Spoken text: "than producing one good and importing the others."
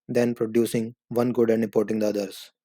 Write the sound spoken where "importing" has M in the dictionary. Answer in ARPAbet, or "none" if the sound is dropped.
none